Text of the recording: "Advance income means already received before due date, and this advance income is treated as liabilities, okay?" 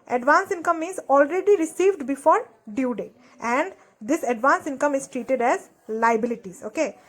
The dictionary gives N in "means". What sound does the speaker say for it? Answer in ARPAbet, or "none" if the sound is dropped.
none